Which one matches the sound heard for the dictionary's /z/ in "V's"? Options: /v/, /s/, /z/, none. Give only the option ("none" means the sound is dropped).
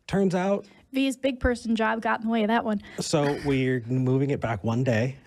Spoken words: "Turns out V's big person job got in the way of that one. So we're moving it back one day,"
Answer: /z/